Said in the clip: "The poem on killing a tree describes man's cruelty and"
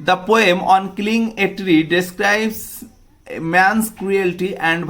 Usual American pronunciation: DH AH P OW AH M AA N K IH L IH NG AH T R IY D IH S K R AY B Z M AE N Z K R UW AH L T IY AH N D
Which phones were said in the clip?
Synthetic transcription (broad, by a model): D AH P OW AH M AA N K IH L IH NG AH T R IY D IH S K R AY B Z M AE N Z K R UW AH L T IY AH N D